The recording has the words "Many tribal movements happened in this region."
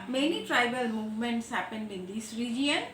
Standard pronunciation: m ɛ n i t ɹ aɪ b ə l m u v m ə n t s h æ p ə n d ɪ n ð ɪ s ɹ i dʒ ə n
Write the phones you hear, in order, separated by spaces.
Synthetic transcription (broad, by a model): m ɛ n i t ɹ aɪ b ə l m u v m ə n t s h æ p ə n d ɪ n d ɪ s ɹ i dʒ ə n